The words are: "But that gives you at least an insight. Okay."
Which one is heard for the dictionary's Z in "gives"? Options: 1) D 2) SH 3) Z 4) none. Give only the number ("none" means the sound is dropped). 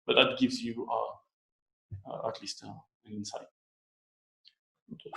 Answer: 3